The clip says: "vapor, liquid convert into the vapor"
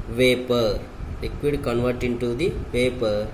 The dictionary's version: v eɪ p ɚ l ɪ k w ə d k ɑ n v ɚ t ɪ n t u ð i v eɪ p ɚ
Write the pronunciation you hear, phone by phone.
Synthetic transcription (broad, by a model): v eɪ p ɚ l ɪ k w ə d k ɑ n v ɚ t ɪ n t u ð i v eɪ p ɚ